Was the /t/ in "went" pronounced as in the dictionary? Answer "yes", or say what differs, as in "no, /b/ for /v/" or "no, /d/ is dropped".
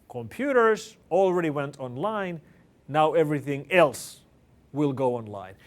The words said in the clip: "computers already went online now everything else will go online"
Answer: yes